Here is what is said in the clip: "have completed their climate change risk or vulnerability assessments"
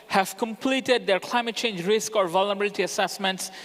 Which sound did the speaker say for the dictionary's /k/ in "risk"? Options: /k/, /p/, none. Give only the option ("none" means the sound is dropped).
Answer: /k/